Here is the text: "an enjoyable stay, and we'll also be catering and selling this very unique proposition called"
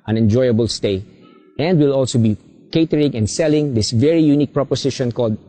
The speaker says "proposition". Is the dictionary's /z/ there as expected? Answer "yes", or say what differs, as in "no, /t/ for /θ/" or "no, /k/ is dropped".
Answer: no, /s/ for /z/